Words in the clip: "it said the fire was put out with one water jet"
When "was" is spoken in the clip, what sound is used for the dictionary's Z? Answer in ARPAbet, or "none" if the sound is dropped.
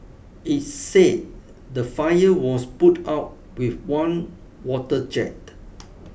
S